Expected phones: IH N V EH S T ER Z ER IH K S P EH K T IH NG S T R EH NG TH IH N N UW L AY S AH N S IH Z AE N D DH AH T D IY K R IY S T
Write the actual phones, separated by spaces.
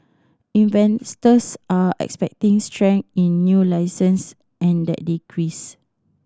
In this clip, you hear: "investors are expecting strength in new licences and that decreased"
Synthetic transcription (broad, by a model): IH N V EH S T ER S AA IH K S P EH K T IH NG S T R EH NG IH N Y UW L AY S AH N S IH N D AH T D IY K R IY S